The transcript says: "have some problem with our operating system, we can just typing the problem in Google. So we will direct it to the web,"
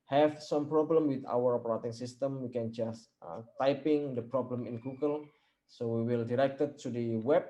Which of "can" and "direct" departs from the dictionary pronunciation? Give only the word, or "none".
none